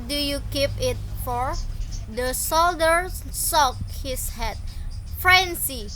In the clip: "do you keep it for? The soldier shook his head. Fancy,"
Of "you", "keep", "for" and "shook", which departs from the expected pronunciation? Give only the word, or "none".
shook